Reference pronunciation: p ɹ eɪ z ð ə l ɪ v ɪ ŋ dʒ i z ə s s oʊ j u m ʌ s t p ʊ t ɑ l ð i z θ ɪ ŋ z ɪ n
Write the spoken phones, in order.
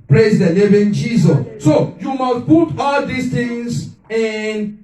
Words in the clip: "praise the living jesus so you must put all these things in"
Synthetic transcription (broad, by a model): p ɹ eɪ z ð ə n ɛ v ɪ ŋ dʒ i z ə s s oʊ j u m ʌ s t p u t ɑ l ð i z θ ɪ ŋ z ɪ n